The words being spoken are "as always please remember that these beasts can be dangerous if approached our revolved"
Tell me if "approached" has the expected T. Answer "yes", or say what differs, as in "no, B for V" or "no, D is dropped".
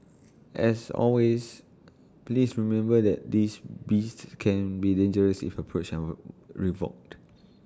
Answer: no, T is dropped